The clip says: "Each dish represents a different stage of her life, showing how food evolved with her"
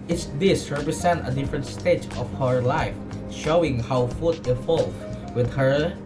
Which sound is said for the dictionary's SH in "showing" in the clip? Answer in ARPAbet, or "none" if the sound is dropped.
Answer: SH